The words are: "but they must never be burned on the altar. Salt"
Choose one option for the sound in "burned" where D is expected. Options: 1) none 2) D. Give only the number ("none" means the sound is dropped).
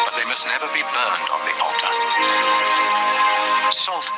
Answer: 2